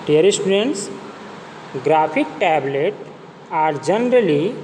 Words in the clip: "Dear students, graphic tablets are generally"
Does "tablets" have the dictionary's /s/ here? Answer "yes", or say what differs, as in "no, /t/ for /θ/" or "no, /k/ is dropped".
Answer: no, /s/ is dropped